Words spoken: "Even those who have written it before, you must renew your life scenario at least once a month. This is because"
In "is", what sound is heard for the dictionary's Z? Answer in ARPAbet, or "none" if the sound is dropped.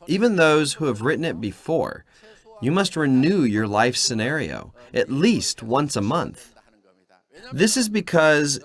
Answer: Z